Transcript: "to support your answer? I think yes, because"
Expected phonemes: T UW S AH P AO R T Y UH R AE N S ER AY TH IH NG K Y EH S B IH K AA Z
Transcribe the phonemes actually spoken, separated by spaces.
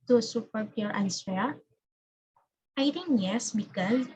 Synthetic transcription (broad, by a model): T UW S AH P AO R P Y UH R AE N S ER AY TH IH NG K Y EH S B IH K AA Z